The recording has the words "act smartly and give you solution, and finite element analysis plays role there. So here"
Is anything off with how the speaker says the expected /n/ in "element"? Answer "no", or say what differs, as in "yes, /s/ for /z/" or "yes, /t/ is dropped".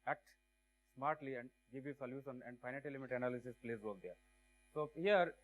yes, /n/ is dropped